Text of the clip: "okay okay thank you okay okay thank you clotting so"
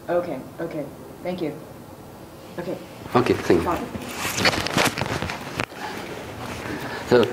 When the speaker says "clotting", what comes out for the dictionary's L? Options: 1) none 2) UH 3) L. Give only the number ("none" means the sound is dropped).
1